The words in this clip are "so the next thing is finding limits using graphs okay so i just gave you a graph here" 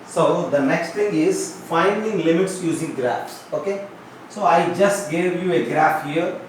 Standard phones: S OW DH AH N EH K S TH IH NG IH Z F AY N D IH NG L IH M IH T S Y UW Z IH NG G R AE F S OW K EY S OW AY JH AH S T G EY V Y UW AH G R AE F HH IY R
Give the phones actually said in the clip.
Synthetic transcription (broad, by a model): S OW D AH N EH K S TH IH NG IH Z F AY N D IH NG L IH M IH T S Y UW Z IH NG G R AE F S OW K EY S OW AY JH AH S T G EY V Y UW AH G R AE F HH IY R